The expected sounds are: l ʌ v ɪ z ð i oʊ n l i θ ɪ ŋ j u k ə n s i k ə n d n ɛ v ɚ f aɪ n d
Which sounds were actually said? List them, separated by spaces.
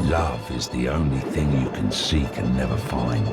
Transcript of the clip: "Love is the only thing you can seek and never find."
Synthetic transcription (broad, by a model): l ʌ v ɪ z ð i oʊ n l i θ ɪ ŋ j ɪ k ə n s i k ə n n ɛ v ɚ f aɪ n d